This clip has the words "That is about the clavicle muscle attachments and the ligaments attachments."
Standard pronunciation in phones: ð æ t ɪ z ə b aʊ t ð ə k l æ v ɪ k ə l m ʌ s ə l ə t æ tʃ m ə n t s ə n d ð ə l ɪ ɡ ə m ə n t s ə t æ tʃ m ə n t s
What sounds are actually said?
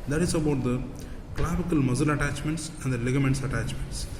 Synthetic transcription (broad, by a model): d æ t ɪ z ə b aʊ t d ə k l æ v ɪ k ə l m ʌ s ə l ə t æ tʃ m ə n t s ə n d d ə l ɪ ɡ ə m ə n t s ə t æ tʃ m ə n t s